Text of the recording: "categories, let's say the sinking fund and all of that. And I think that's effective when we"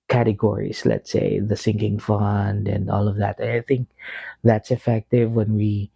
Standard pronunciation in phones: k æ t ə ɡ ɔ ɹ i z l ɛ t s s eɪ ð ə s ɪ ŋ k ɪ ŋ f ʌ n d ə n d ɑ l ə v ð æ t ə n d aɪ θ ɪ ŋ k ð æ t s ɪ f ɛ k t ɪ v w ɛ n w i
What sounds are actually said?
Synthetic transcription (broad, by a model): k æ t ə ɡ ɔ ɹ i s l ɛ t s s eɪ ð ə s ɪ ŋ k ɪ ŋ f ʌ n d ə n d ɑ l ə v ð æ t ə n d aɪ θ ɪ ŋ k ð æ t s ɪ f ɛ k t ɪ v w ɛ n w i